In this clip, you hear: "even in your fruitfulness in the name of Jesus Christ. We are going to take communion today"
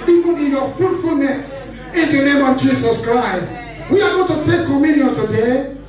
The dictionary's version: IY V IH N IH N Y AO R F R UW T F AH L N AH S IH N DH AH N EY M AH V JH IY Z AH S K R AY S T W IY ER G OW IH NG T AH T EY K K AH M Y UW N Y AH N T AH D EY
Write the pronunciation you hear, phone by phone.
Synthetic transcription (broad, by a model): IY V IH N IH N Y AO F R UW T F AH L N AH S IH N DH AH N EY M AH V JH IY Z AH S K R AY S T W IY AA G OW T AH T EY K K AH M Y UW N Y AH N T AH D EY